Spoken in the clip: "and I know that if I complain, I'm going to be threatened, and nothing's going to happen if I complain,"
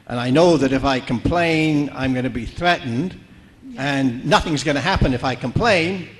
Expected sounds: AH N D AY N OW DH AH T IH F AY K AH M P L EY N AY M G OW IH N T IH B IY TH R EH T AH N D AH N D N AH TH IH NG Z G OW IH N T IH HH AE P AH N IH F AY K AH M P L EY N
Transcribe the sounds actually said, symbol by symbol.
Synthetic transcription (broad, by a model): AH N AY N OW DH AH T IH F AY K AH M P L EY N AY M G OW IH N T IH B IY TH R EH T N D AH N N AH TH IH NG Z G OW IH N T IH HH AE P AH N IH F AY K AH M P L EY N